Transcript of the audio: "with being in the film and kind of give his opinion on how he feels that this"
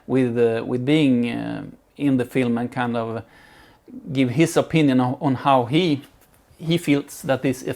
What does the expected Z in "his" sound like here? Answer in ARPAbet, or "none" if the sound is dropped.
S